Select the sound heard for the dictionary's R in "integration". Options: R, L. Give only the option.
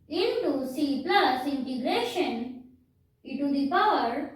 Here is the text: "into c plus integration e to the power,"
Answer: L